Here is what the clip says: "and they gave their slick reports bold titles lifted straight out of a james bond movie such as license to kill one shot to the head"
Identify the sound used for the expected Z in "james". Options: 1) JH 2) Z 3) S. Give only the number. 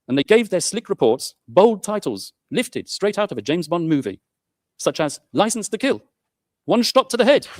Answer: 2